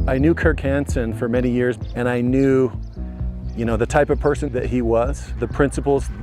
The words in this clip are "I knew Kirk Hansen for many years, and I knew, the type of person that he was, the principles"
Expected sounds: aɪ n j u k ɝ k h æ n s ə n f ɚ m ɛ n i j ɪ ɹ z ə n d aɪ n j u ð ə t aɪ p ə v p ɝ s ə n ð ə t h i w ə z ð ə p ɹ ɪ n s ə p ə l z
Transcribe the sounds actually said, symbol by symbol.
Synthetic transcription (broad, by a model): aɪ n j u k ɝ k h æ n s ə n f ɚ m ɛ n i j ɪ ɹ z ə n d aɪ n j u ð ə t aɪ p ə v p ɝ s ə n ð ə t h i w ə z ð ə p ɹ ɪ n s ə p l z